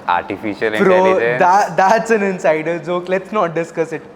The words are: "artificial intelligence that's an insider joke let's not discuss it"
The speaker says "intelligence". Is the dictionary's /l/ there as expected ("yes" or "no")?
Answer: no